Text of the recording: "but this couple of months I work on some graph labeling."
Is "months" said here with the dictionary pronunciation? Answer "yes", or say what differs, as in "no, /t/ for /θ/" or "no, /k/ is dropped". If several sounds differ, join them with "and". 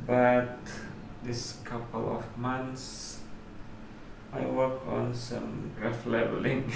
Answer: no, /t/ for /θ/